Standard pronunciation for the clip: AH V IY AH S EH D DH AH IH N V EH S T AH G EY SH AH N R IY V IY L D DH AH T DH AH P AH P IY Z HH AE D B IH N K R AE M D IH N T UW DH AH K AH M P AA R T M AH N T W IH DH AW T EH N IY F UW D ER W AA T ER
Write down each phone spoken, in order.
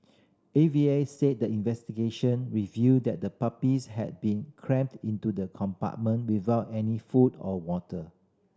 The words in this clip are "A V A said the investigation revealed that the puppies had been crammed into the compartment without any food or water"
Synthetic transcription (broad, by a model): AH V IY AH S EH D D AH IH N V EH S T AH G EY SH AH N R IY V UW D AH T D AH P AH P IY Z HH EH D B IH N K R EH M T IH N T UW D AH K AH M P AA T M AH N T W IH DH AW T EH N IY F UW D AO W AA T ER